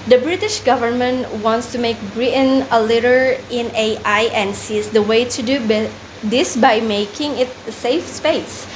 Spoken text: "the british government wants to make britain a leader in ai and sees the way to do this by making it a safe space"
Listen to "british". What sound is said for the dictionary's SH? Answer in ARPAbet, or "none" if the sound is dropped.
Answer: SH